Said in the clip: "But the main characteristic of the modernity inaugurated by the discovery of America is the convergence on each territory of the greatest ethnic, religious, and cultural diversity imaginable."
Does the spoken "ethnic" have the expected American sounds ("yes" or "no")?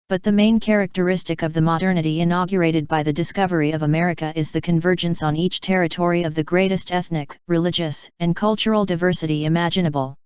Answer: yes